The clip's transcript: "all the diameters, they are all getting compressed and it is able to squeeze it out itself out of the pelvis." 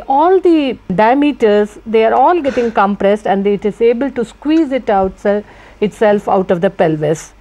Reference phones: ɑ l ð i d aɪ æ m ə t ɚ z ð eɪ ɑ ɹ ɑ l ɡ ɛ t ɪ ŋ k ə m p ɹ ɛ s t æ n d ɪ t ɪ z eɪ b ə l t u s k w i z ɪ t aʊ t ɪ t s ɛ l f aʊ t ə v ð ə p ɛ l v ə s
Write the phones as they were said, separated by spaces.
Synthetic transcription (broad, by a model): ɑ l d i d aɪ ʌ m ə t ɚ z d eɪ ɑ ɹ ɑ l ɡ ɛ t ɪ ŋ k ə m p ɹ ɛ s t æ n d ɪ t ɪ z eɪ b ə l t u s k w i z ɪ t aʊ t ɪ t s ɛ l f aʊ t ə v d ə p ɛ l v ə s